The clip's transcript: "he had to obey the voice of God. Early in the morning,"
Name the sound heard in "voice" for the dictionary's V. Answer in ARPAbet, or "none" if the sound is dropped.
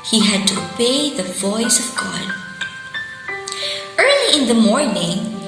V